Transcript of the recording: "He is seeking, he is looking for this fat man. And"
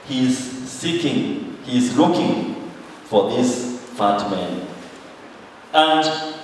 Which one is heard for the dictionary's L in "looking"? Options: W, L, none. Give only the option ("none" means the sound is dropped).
L